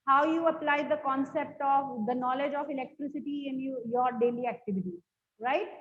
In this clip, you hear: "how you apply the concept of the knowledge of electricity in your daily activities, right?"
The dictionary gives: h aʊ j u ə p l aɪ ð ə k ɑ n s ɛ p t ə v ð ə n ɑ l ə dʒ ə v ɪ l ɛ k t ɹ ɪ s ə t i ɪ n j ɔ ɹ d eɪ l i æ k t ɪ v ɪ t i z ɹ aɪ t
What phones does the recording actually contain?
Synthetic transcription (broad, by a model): h aʊ j u ə p l aɪ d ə k ɑ n s ɛ p t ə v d ə n ɑ l ə dʒ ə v ɪ l ɛ k t ɹ ɪ s ə t i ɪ n j ɔ ɹ d eɪ l i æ k t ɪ v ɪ t i ɹ aɪ t